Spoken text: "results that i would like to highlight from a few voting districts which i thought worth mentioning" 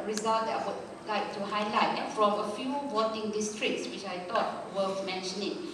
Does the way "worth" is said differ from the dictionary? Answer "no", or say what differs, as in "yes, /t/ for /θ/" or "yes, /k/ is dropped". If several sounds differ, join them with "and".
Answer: yes, /f/ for /θ/